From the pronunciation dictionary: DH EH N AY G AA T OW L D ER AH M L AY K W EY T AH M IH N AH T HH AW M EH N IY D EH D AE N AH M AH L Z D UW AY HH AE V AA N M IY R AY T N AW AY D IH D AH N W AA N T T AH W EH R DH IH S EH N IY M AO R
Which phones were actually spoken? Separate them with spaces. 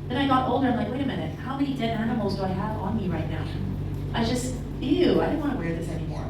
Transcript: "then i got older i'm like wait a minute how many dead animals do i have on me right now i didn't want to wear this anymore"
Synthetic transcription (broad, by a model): DH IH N AY G AA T OW L D ER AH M L AY K W EY T AH M IH N AH T HH AW M EH N IY D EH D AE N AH M L Z D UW AY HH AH V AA N M IY R AY T N AW AY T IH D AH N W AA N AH W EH R DH IH S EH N IY M AO R